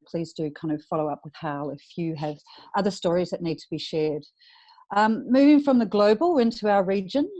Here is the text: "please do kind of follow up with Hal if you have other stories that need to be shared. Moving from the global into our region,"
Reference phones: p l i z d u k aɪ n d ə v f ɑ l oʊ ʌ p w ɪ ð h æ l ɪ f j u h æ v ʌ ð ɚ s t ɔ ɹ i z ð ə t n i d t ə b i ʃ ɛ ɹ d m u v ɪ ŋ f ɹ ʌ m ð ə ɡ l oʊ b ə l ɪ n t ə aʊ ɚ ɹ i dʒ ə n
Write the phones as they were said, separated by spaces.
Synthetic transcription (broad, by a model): p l i z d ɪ k aɪ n d ə v f ɑ l oʊ ʌ p w ɪ ð h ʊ l ɪ f j u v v ʌ ð ɚ s t ɔ ɹ i z ð ə t n i d t ə b i ʃ ɛ ɹ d m u v ɪ ŋ f ɹ ʌ m ð ə ɡ l oʊ b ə l ɪ n t ə aʊ ɚ ɹ i dʒ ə n